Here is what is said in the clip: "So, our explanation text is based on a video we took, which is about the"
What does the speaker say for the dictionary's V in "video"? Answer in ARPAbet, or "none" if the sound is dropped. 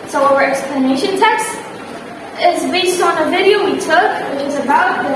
V